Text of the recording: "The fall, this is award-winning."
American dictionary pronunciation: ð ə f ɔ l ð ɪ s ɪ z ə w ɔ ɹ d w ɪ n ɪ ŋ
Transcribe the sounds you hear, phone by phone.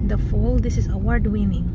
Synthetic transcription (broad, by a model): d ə f ɔ l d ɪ s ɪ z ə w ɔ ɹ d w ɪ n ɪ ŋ